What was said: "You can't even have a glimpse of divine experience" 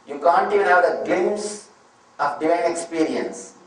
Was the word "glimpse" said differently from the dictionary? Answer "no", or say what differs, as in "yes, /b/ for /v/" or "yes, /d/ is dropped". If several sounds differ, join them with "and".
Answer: yes, /p/ is dropped